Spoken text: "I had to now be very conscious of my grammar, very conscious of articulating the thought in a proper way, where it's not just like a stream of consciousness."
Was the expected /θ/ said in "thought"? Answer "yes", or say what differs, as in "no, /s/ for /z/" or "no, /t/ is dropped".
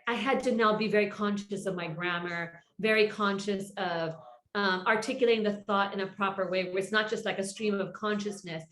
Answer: yes